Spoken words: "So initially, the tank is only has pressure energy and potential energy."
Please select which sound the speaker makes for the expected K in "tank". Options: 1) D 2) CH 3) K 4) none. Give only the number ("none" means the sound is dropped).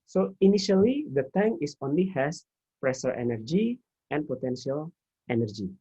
4